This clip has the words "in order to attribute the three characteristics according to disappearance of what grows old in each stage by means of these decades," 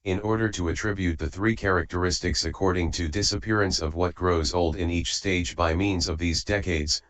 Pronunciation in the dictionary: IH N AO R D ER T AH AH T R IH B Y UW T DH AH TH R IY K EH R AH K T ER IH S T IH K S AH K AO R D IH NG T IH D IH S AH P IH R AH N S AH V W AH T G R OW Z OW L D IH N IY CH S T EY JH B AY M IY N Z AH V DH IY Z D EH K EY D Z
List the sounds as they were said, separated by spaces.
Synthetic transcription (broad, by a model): IH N AO R D ER T AH AH T R IH B Y UW T DH AH TH R IY K EH R AH K T ER IH S T IH K S AH K AO R D IH NG T IH D IH S AH P IH R AH N S AH V W AH T G R OW Z OW L D IH N IY CH S T EY JH B AY M IY N Z AH V DH IY Z D EH K EY D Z